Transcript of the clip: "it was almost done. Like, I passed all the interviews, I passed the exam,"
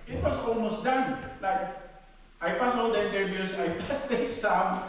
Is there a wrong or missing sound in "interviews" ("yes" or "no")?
yes